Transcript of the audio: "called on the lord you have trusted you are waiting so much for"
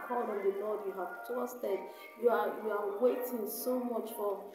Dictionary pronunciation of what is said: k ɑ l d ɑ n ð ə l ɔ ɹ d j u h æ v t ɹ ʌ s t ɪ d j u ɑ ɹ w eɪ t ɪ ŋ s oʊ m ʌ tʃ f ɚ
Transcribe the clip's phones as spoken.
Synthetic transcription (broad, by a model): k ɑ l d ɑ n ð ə l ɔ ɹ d j u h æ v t ʌ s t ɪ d j u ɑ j w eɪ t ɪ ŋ s oʊ m ʌ tʃ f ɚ